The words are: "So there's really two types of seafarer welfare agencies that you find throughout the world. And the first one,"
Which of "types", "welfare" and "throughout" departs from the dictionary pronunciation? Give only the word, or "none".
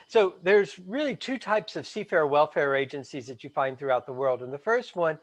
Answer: none